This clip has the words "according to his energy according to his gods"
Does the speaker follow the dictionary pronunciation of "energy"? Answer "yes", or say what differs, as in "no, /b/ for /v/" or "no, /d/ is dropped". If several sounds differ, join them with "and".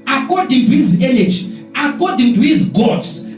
no, /l/ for /n/